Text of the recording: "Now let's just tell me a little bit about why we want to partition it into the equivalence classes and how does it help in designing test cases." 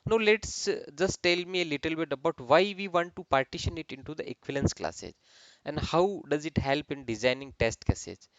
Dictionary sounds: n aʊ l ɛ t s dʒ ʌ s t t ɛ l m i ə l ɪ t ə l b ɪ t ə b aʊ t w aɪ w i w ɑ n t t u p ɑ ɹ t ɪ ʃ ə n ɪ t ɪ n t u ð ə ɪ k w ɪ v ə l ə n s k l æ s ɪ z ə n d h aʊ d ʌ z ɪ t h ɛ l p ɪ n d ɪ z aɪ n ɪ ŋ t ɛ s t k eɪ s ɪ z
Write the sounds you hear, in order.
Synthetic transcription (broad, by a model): n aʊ l ɛ t s dʒ ʌ s t t ɛ l m i ə l ɪ t ə l b ɪ t ə b aʊ t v aɪ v i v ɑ n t t u p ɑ ɹ t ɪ ʃ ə n ɪ t ɪ n t u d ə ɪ k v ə l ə n s k l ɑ s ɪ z ə n d h aʊ d ʌ z ɪ t h ɛ l p ɪ n d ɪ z aɪ n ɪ ŋ t ɛ s t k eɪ s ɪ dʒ